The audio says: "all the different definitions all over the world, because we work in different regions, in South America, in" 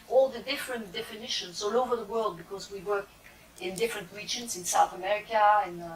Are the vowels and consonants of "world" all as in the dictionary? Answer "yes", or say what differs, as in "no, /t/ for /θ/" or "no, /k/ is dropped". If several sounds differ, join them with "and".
yes